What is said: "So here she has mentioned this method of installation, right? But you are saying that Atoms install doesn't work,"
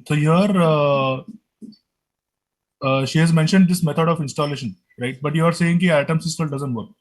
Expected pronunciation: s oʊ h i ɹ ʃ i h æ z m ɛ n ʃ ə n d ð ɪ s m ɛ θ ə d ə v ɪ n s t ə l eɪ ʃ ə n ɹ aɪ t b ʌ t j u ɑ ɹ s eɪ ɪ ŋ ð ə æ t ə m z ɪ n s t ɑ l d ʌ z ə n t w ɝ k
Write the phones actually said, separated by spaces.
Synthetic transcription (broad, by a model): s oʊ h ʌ ɹ ʃ i h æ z m ɛ n ʃ ə n d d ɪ s m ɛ t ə d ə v ɪ n s t ə l eɪ ʃ ə n ɹ aɪ t b ʌ t j u ɑ ɹ s eɪ ɪ ŋ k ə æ t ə m s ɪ s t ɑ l d ʌ z ə n t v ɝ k